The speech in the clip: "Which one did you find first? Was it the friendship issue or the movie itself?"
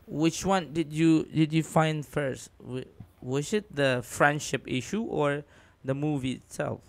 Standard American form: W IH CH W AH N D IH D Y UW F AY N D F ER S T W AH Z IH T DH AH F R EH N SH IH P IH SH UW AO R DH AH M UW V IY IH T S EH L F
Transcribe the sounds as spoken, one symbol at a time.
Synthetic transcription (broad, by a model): W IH CH W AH N D IH D Y UW F AY N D F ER S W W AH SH IH T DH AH F R EH N SH IH P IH SH UW AO R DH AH M UW V IY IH T S EH L F